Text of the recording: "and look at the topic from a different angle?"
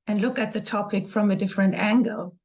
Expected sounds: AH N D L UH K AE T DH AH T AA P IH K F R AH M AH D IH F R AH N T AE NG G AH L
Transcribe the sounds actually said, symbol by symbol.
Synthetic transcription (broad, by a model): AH N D L UH K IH T DH AH T AA P IH K F R AH M AH D IH F R AH N T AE NG G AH L